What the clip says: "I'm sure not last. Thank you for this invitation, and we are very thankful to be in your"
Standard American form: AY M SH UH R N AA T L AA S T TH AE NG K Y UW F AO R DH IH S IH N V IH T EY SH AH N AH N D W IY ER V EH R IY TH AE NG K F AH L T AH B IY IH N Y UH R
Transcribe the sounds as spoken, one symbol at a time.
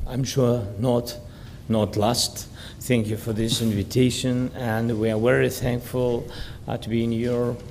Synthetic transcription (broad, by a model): AY M SH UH R N AA T L AA S T TH AE NG K Y UW F AO R DH IH S IH N V IH T EY SH AH N AH N D W IY ER V EH R IY TH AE NG K F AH L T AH B IY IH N Y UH R